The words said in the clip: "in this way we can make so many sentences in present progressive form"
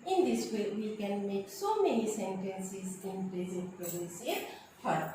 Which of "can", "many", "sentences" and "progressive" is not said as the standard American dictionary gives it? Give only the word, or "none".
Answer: progressive